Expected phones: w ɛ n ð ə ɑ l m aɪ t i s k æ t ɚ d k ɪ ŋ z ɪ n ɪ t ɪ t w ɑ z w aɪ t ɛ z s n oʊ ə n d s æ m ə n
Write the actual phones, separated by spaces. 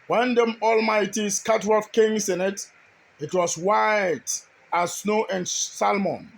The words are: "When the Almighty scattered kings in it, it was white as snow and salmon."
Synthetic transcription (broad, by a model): w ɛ n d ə ɑ l m aɪ t i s k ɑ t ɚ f k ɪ ŋ s ɪ n ɪ t ɪ t w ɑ s w aɪ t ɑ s n oʊ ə n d s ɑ m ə n